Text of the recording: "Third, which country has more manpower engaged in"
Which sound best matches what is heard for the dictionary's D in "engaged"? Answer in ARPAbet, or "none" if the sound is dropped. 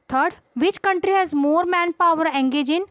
none